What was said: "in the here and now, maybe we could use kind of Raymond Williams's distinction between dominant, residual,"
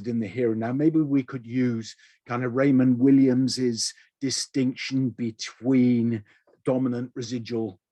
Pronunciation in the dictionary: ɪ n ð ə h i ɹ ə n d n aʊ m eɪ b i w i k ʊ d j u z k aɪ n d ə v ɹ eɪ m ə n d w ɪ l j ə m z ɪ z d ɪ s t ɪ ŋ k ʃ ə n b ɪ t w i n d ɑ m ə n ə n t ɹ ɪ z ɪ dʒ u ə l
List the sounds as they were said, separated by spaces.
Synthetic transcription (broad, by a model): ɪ n ð ə h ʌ ɹ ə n n aʊ m eɪ b i w i k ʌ d j u z k aɪ n d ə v ɹ eɪ m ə n w ɪ l j ə m z ɪ z d ɪ s t ɪ ŋ k ʃ ə n b ɪ t w i n d ɑ m ə n ə n t ɹ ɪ z ɪ dʒ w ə l